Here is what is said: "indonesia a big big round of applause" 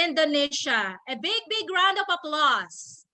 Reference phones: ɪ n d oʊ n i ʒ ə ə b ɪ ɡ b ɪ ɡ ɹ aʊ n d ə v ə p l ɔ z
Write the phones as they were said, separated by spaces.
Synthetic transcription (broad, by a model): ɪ n d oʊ n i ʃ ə ə b ɪ ɡ b ɪ ɡ ɹ aʊ n d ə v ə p l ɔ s